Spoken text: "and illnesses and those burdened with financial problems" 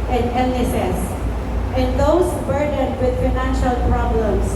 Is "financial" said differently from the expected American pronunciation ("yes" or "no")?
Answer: no